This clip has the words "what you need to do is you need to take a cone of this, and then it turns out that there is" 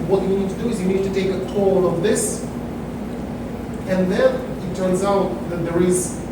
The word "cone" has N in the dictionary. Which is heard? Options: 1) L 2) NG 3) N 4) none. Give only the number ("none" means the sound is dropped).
1